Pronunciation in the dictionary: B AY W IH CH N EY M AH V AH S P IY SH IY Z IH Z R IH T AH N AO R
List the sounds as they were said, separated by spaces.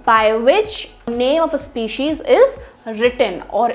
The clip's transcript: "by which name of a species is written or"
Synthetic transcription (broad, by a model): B AY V IH CH N EY M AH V AH S P IY SH IY Z IH Z R IH T AH N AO R